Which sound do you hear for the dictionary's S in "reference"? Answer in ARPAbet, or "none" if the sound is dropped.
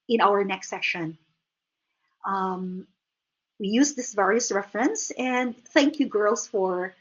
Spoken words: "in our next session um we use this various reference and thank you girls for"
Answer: S